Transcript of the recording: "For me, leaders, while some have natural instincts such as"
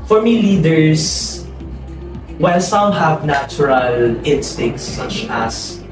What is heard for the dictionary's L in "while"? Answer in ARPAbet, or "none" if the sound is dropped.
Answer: N